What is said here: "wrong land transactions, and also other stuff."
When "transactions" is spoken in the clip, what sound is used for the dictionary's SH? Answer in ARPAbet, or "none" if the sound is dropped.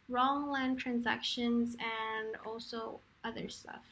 SH